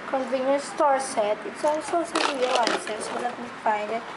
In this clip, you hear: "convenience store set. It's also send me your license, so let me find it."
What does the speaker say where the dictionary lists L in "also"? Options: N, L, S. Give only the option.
N